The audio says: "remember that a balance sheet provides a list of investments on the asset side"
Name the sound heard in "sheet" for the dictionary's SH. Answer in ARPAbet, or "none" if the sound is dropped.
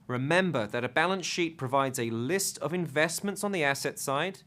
SH